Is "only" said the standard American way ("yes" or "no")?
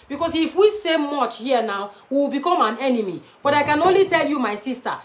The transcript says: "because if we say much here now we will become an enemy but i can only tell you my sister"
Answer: yes